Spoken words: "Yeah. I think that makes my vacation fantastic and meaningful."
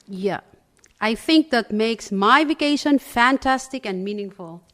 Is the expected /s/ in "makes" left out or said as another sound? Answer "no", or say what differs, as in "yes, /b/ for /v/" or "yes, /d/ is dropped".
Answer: no